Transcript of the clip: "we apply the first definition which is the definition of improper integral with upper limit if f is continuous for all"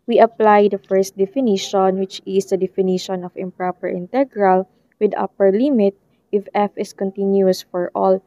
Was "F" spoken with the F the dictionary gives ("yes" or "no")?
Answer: yes